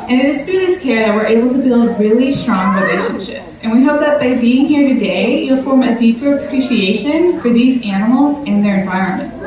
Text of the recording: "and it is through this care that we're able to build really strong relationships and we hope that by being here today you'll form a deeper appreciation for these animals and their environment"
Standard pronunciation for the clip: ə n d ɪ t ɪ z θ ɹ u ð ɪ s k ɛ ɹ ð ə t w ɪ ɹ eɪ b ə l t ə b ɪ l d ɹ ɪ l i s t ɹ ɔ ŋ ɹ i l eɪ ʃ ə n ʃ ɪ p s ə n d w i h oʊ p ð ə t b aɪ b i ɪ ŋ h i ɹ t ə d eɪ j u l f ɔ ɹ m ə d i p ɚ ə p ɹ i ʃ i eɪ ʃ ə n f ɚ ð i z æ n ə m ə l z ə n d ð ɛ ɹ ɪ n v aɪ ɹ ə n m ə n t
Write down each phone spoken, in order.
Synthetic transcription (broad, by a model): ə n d ɪ t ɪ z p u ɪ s k ɛ ɹ ð ə t w ɪ ɹ eɪ b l t ə b ɪ l d ɹ ɪ l i s t ɹ ɔ ŋ ɹ i l eɪ ʃ ə n ʃ ɪ p s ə n w i h oʊ p ð ə t b aɪ b i ɪ ŋ h i ɹ t ə d eɪ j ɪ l f ɔ ɹ m ə d i p ɚ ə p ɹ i ʃ i eɪ ʃ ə n f ɚ ð i z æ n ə m l z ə n ð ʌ ɹ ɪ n v aɪ ɹ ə n m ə n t